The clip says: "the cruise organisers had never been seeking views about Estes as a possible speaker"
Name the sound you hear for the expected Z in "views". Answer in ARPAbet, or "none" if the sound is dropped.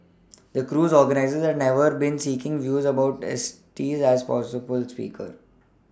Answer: Z